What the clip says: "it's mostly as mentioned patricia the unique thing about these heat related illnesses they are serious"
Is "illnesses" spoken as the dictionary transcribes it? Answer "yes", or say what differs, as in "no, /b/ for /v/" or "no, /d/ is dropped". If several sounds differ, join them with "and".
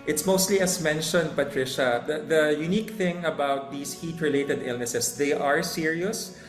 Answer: no, /s/ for /z/